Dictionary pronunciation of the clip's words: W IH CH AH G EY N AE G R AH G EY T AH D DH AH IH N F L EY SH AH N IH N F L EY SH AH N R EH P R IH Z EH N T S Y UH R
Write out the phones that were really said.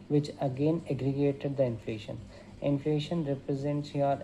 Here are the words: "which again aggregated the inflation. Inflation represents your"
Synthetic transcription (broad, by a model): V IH CH AH G EY N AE G R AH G EY T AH D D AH IH N F L EY SH AH N IH N F L EY SH AH N R EH P R IH Z EH N T S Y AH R